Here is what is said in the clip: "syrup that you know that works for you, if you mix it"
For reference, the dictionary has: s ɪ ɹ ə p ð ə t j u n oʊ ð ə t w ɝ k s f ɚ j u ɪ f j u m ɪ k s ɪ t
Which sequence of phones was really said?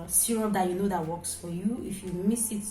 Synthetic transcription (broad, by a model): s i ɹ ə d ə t j u n oʊ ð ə t w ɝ k s f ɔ j u ɪ f j u m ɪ s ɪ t